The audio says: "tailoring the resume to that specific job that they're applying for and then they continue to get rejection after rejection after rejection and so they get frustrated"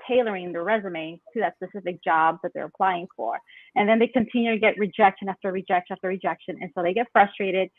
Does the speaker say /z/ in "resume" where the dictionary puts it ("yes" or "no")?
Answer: yes